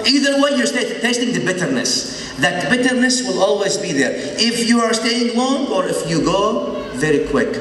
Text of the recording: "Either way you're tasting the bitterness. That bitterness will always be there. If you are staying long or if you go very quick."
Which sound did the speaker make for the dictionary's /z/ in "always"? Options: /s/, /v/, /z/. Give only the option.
/z/